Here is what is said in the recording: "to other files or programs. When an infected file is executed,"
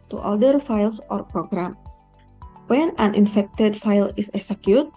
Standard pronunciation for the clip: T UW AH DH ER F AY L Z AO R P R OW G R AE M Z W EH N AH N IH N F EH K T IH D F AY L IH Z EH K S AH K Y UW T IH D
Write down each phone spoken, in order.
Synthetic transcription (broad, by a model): T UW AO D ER F AY L S AO R P R OW G R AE M W EH N AH N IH N F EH K T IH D F AY L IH S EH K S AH K Y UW T